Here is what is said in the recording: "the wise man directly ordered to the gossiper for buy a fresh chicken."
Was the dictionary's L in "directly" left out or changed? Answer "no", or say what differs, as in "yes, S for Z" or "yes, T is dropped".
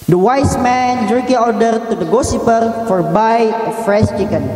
yes, L is dropped